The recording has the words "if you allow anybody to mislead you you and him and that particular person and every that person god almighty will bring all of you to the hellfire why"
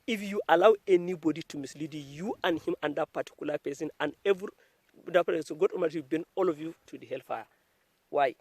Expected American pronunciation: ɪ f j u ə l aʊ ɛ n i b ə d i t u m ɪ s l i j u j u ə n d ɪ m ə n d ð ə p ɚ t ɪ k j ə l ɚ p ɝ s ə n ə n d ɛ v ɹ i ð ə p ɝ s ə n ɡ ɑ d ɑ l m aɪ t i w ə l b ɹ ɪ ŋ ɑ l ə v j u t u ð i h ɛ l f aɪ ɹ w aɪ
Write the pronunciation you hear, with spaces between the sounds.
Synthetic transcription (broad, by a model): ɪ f j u ə l aʊ ɛ n i b ə d i t u m ɪ s l i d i j u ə n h ɪ m ə n d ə p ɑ t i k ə l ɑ p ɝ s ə n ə n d ɛ v ɹ i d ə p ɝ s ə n ɡ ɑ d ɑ m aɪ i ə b ɛ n ɑ l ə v j u t u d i h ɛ l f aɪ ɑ w aɪ